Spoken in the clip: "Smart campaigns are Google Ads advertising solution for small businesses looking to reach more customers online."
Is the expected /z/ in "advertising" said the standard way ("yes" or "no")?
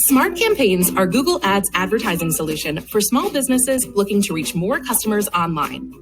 yes